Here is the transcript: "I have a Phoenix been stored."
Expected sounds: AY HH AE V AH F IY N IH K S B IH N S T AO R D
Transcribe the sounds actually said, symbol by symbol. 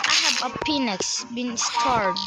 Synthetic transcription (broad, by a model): AY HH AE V AH P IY N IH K S B IH N S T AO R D